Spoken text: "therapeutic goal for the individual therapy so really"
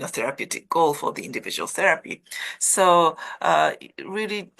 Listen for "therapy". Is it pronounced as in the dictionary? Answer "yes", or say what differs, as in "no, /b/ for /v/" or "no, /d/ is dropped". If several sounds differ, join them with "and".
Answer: yes